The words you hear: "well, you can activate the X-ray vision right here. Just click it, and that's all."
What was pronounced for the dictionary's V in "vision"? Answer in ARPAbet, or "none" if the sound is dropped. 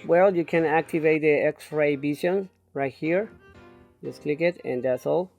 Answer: B